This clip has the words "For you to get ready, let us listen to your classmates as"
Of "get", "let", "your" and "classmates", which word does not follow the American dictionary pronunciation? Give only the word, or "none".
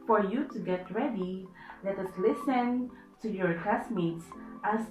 classmates